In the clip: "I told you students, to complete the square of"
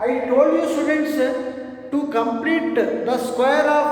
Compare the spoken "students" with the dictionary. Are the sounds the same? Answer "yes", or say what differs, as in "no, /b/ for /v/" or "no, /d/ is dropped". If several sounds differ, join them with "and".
yes